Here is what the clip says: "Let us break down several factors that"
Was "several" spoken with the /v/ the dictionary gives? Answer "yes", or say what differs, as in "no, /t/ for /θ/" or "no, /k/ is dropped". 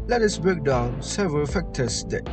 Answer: yes